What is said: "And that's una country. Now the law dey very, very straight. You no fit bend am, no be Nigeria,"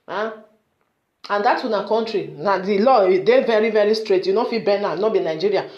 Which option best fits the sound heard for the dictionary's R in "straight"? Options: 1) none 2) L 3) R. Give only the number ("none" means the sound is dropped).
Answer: 3